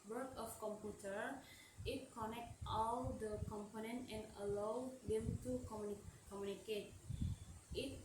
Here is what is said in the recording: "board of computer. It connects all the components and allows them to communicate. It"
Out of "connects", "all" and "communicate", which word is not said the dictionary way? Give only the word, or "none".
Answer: connects